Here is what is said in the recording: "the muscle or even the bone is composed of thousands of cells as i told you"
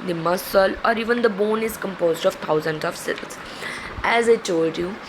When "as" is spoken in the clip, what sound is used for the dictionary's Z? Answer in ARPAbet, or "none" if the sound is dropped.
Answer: Z